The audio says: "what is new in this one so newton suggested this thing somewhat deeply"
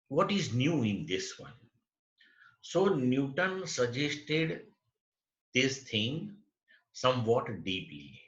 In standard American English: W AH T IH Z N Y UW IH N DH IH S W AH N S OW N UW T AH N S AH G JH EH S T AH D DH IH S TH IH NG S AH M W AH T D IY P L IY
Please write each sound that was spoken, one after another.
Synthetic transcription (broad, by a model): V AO T IH Z N Y UW IH N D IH S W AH N S OW N UW T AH N S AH JH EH S T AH D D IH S T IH NG S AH M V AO T D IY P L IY